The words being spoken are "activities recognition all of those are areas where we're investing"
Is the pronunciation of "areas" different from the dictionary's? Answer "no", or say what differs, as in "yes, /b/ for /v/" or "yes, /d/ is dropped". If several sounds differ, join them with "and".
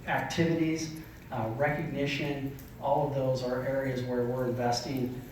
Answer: no